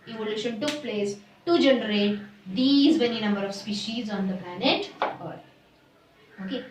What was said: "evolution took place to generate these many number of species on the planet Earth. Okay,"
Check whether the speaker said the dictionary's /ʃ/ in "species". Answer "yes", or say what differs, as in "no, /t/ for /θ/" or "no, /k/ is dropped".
yes